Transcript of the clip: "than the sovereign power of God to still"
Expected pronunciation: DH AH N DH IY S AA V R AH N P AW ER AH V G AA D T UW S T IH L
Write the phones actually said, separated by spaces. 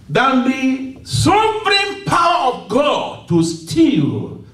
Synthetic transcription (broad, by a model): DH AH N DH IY S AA P R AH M P AW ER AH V G AA D T UW S T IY L